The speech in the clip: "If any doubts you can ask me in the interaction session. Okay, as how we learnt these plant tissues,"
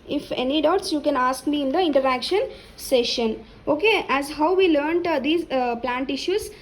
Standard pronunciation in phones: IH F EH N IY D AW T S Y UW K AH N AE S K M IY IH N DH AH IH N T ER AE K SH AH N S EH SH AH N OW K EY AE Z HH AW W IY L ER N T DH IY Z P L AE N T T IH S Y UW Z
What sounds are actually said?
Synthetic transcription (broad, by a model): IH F EH N IY D AW T S Y UW K AH N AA S K M IY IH N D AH IH N T ER AE K SH AH N S EH SH AH N OW K EY AE Z HH AW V IY L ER N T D IY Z P L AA N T T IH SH Y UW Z